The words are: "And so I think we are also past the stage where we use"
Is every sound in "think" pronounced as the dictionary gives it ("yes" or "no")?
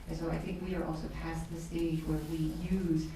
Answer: yes